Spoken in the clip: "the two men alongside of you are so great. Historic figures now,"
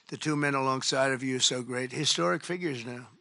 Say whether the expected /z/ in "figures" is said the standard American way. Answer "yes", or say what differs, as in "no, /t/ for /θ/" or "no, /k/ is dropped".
yes